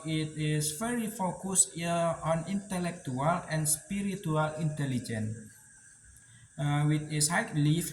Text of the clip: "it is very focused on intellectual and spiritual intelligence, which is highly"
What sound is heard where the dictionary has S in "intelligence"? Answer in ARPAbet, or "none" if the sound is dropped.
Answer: none